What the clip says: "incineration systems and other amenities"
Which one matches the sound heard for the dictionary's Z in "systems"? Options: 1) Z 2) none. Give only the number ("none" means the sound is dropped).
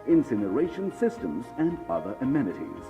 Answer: 1